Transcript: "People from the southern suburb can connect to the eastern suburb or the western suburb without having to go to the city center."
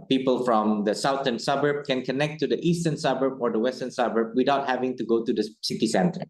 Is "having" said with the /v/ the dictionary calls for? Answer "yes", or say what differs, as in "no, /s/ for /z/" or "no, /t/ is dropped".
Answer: yes